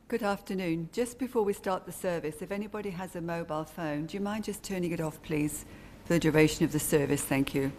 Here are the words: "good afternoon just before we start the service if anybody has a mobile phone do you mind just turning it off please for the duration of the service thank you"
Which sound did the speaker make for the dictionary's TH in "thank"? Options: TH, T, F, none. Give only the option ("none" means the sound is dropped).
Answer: TH